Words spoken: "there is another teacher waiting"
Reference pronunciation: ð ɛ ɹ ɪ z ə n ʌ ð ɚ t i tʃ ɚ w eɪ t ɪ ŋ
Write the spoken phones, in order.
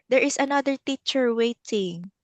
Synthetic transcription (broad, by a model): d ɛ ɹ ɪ s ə n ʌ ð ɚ t i tʃ ɚ w eɪ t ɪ ŋ